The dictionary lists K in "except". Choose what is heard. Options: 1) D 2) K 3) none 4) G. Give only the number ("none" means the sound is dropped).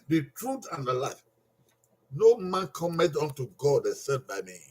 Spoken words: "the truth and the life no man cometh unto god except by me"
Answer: 3